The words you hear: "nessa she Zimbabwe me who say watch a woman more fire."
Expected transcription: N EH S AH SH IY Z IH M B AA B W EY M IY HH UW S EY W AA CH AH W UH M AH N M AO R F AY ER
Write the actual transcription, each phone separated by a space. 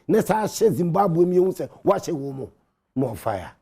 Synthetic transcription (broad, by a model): N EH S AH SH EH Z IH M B AA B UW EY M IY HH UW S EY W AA SH AH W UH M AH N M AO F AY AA